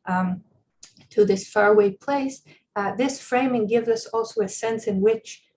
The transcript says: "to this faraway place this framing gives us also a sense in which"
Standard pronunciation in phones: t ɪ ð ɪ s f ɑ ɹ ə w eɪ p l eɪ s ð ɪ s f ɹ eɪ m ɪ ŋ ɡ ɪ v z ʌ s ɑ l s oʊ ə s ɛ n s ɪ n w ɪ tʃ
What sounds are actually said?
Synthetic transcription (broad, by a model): t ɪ ð ɪ s f ɑ ɹ w eɪ p l eɪ s ð ɪ s f ɹ eɪ m ɪ ŋ ɡ ɪ v z ʌ s ɑ l s oʊ ə s ɛ n s ɪ n w ɪ tʃ